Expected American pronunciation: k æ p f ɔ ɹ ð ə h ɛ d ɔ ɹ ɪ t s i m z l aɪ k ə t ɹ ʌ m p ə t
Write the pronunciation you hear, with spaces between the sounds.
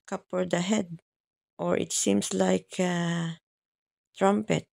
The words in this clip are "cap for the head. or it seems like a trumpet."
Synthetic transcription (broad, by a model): k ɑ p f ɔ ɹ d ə h ɛ d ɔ ɹ ɪ t s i m s l aɪ k ə t ɹ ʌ m p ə t